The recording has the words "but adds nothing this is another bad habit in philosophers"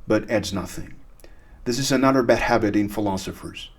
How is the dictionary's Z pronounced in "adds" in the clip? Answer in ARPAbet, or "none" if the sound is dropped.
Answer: Z